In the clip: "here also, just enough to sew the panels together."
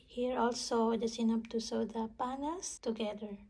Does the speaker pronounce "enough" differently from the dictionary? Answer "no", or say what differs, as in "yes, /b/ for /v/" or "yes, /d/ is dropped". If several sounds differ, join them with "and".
yes, /p/ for /f/